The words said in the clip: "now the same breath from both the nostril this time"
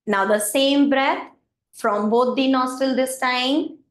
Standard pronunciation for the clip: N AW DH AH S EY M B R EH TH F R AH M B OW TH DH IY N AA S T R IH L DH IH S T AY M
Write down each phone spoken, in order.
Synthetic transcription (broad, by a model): N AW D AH S EY M B R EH T F R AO M B OW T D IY N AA S T IH L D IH S T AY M